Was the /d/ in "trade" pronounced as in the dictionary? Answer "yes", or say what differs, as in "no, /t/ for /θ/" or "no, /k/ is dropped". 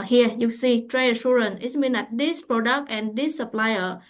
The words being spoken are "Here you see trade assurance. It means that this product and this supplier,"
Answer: no, /d/ is dropped